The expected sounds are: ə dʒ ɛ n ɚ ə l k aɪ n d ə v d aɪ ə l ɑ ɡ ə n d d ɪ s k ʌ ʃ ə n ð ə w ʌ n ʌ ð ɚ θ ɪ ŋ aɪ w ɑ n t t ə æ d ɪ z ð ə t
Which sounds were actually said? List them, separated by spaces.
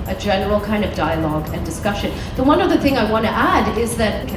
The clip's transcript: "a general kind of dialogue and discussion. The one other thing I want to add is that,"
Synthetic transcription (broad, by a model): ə dʒ ɛ n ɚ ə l k aɪ n d ə v d aɪ ə l ɑ ɡ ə n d d ɪ s k ʌ ʃ ə n ð ə w ʌ n ʌ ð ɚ θ ɪ ŋ aɪ w ɑ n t t æ d ɪ z ð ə t